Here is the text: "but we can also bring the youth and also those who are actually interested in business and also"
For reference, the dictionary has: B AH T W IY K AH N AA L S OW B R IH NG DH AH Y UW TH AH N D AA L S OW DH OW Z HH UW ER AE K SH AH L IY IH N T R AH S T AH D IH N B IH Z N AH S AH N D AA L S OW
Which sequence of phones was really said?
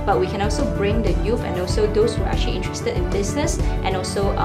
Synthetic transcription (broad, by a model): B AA T W IY K AH N AA L S OW B R IH NG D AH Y UW F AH N AA L S OW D OW S HH UW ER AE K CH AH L IY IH N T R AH S T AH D IH N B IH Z N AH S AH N AA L S OW